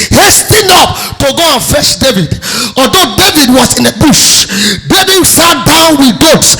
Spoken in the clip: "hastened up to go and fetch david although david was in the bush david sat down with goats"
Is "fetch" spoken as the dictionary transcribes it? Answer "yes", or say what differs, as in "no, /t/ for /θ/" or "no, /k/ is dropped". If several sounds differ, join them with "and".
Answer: no, /ʃ/ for /tʃ/